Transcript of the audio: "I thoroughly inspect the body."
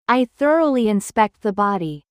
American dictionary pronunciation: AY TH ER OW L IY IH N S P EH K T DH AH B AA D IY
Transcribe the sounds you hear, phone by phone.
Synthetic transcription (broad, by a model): AY TH ER OW L IY IH N S P EH K T DH AH B AA D IY